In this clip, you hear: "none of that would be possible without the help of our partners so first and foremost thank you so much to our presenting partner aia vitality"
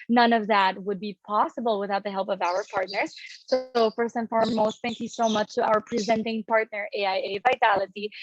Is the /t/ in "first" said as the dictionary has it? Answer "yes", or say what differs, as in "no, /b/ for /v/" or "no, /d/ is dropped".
no, /t/ is dropped